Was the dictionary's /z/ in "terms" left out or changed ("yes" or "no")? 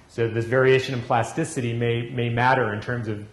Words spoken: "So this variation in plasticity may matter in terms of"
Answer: no